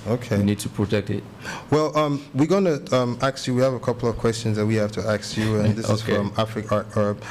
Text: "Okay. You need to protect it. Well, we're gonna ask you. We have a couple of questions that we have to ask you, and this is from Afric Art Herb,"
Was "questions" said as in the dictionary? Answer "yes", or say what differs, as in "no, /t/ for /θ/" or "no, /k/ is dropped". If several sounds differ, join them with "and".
yes